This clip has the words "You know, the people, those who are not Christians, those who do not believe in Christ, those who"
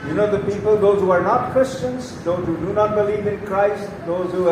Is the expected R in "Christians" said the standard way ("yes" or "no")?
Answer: yes